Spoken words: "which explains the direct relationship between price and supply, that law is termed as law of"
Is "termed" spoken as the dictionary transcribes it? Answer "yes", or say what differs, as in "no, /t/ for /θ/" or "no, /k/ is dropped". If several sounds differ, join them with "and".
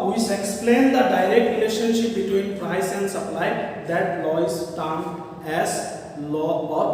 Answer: no, /d/ is dropped